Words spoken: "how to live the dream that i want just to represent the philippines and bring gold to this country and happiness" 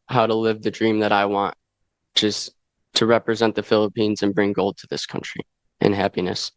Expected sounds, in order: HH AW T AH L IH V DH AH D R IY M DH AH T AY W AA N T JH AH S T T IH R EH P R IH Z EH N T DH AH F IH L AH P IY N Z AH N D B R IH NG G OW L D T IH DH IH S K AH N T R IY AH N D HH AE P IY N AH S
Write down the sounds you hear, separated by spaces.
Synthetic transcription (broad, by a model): HH AW T AH L IH V DH AH D R IY M DH AH T AY W AA N T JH AH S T T IH R EH P R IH Z EH N DH AH F IH L AH P IY N Z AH N B R IH NG G OW L D T IH DH IH S K AH N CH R IY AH N HH AE P IY N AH S